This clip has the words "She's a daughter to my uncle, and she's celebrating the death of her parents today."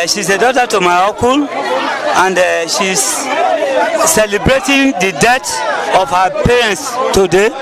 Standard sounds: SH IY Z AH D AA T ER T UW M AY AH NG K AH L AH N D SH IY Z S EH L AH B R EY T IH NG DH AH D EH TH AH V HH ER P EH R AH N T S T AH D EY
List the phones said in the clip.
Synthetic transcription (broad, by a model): SH IY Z AH D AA T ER T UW M AY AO K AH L AH N D SH IY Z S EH L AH B R EY T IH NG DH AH D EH T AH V HH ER P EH R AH N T S T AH D EY